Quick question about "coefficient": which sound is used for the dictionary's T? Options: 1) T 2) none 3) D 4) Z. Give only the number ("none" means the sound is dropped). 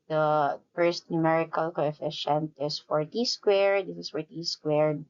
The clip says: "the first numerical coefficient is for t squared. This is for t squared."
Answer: 1